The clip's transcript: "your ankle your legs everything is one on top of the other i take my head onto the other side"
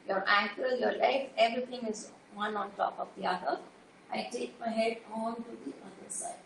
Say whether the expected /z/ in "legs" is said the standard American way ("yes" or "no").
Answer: no